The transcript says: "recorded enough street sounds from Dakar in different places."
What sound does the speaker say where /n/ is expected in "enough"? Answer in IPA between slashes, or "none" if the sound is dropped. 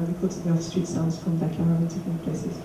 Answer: none